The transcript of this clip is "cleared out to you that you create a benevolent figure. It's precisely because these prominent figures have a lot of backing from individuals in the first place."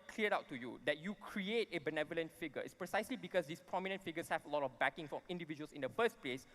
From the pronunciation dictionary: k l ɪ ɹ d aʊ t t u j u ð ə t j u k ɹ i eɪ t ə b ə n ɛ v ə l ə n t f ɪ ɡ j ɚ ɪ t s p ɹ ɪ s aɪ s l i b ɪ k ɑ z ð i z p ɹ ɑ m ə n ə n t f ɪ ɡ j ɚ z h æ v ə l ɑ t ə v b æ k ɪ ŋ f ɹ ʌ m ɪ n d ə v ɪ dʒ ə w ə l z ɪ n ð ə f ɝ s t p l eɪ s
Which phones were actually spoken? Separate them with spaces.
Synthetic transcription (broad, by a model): k l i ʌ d aʊ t t u j u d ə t j u k ɹ i eɪ t ə b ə n ɛ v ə l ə n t f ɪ ɡ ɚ ɪ t s p ɹ ɪ s aɪ s l i b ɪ k ɑ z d i s p ɹ ɑ m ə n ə n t f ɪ ɡ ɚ s h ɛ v ə l ɑ t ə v b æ k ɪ ŋ f ɹ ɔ m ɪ n d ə v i dʒ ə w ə l s ɪ n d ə f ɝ s t p l eɪ s